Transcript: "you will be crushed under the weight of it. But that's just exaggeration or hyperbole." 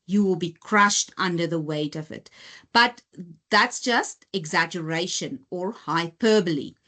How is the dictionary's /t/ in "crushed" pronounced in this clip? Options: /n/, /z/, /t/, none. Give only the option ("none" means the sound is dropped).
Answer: /t/